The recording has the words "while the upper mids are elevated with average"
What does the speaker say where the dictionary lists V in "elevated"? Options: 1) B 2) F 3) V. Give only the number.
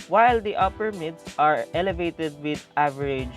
3